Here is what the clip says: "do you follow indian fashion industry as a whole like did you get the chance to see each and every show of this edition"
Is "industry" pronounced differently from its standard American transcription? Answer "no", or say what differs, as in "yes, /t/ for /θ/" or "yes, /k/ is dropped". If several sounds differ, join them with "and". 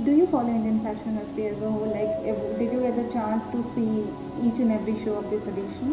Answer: yes, /ɹ/ is dropped